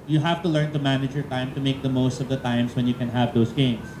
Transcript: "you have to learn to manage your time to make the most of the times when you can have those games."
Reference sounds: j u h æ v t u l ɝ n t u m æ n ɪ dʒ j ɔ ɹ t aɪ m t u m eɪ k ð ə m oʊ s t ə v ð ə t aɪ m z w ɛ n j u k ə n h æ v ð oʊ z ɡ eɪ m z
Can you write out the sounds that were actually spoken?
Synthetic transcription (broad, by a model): j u h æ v t u l ɝ n t u m æ n ɪ dʒ j ɔ ɹ t aɪ m t u m eɪ k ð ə m oʊ s t ə v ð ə t aɪ m s w ɛ n j u k ə n h æ v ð oʊ s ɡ eɪ m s